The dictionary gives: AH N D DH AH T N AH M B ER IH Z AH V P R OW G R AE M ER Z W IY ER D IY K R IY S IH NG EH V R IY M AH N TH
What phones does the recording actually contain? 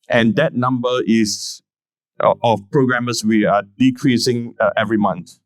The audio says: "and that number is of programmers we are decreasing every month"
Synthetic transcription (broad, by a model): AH N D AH T N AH M B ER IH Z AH F P R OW G R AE M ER S W IY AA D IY K R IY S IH NG EH V R IY M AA N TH